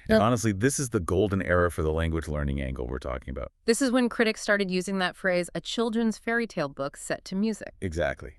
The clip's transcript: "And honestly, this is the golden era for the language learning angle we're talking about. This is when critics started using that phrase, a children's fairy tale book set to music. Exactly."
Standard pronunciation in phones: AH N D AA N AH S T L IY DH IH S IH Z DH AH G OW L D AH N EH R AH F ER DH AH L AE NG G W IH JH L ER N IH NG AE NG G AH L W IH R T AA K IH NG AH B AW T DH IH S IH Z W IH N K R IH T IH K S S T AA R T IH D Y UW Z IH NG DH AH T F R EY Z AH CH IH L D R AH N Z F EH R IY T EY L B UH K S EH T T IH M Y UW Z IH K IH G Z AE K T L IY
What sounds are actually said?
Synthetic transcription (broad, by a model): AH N AA N AH S T L IY DH IH S IH Z DH AH G OW L D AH N EH R AH F ER DH AH L AE NG G W IH JH L ER N IH NG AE NG G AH L W IH R T AA K IH NG AH B AW T DH IH S IH Z W IH N K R IH T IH K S S T AA R T IH D Y UW Z IH NG DH AH T F R EY Z AH CH IH L D R AH N Z F EH R IY T EY L B UH K S EH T T IH M Y UW Z IH K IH G Z AE K T L IY